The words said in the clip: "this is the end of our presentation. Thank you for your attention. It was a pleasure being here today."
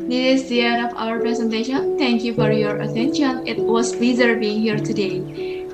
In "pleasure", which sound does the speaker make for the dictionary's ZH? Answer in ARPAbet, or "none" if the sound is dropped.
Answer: Z